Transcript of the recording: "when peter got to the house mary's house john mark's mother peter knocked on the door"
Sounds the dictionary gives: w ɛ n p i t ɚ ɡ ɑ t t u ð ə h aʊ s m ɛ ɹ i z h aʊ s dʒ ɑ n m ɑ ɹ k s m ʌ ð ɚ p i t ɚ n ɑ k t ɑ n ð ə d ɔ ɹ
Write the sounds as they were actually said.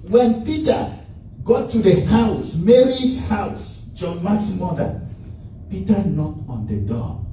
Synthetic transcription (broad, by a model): w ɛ n p i t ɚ ɡ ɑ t t u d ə h aʊ s m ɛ ɹ i s h aʊ s dʒ ɑ n m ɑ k s m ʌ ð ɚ p i t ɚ n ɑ t ɑ n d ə d ɔ